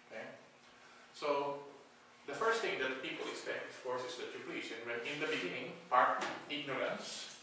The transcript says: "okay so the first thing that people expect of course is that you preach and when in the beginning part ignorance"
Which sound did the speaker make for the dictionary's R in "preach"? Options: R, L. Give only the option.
L